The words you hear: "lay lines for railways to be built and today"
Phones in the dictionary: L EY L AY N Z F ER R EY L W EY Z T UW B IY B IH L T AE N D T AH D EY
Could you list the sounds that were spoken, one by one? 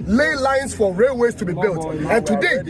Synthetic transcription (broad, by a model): L EY L AY N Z F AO R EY L W EY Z T UW B IY B IH L T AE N T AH D EY